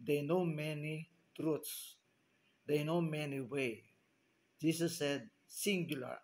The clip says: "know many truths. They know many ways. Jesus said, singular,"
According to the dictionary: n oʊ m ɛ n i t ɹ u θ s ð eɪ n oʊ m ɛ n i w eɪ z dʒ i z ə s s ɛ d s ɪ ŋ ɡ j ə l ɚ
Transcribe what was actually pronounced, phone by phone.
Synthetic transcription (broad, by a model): n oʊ m ɛ n i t ɹ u t s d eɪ n oʊ m ɛ n i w eɪ dʒ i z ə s s ɛ d s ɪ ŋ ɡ j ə l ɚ